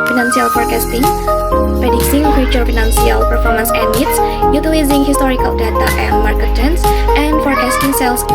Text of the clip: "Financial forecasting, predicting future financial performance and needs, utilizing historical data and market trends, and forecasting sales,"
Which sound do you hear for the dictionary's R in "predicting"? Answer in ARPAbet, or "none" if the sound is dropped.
none